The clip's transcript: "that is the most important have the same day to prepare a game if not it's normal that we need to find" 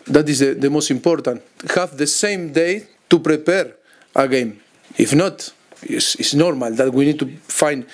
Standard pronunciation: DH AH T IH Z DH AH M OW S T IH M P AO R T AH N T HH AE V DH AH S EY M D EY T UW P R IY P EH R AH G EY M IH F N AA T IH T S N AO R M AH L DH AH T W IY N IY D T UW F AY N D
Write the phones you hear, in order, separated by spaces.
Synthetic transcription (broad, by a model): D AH T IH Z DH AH M OW S T IH M P AO R T AH N T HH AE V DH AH S EY M D EY T UW P R IY P EH R AH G EY M IH F N AA T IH S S N AO R M AH L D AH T W IY N IY D T UW F AY N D